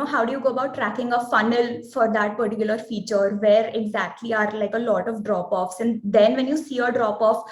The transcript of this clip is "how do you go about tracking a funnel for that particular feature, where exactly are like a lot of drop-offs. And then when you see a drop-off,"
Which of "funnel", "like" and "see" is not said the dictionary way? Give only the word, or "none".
none